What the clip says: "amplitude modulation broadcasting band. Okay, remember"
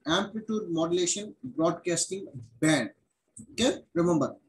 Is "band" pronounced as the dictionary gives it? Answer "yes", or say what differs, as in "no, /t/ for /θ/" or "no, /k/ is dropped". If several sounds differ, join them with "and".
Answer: yes